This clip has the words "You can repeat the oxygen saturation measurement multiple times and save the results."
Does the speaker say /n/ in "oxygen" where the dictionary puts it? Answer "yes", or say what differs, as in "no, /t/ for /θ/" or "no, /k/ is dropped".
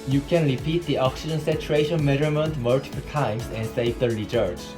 yes